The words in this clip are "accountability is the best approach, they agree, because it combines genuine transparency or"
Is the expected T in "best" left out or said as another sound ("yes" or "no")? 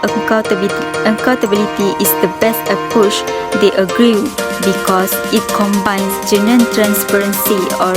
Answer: no